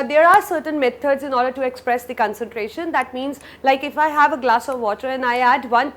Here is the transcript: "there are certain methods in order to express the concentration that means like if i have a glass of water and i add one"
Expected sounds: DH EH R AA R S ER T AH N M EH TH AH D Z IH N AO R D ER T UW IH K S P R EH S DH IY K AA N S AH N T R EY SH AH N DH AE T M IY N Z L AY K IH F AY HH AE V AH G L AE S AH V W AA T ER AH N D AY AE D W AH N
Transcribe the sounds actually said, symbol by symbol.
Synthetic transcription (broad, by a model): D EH R AA R S ER T AH N M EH T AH D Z IH N AO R D ER T UW IH K S P R EH S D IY K AA N S AH N T R EY SH AH N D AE T M IY N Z L AY K IH F AY HH AE V AH G L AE S AH V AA T ER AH N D AY AE D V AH N